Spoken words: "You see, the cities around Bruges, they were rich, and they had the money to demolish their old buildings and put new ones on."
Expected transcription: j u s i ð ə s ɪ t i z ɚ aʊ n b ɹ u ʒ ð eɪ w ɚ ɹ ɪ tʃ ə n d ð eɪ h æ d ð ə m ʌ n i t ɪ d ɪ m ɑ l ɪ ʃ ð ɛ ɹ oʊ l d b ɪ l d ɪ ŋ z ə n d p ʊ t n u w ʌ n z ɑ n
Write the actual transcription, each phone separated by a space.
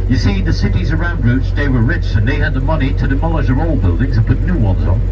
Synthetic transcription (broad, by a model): j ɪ s i ð ə s ɪ t i z ɚ aʊ n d ɹ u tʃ ð eɪ w ɚ ɹ ɪ tʃ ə n ð eɪ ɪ d ð ə m ʌ n i t ɪ d ɪ m ɑ l ɪ ʃ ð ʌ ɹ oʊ l b ɪ l d ɪ ŋ z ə n p ʊ t n u w ʌ n z n